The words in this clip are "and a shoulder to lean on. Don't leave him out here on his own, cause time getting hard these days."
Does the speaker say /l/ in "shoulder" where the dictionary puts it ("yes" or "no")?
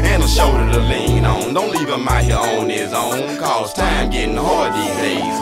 no